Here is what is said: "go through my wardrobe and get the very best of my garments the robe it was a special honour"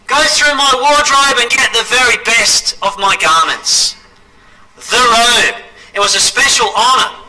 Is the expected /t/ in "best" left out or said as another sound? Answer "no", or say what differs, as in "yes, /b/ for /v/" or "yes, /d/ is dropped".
no